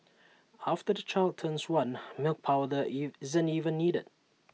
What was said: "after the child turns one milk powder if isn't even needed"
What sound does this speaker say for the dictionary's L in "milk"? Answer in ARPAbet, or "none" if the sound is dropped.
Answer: L